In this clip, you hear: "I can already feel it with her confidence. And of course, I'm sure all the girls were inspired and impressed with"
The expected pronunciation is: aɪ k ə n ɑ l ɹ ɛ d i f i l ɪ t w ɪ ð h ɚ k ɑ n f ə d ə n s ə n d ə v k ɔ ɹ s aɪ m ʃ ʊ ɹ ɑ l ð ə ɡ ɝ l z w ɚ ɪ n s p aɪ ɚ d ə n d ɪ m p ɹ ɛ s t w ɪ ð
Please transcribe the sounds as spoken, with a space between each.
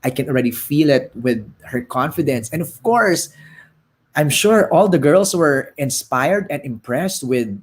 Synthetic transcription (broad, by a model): aɪ k ə n ɑ l ɹ ɛ d i f i l ɪ t w ɪ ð h ɚ k ɑ n f ə d ə n s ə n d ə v k ɔ ɹ s aɪ m ʃ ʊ ɹ ɑ l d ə ɡ ɝ l s w ɚ ɪ n s p aɪ ɚ d ə n d ɪ m p ɹ ɛ s t w ɪ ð